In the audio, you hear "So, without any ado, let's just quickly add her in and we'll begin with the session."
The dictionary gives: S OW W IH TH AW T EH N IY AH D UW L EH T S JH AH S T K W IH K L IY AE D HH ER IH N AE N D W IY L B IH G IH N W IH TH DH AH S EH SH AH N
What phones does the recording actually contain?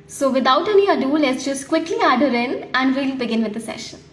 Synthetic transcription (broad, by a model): S OW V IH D AW T EH N IY AH D UW L EH T S JH AH S T K W IH K L IY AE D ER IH L AE N D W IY L B IH G IH N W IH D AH S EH SH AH N